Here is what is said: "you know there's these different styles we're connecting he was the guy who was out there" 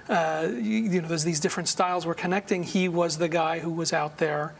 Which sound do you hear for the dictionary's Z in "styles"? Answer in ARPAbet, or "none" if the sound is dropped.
Z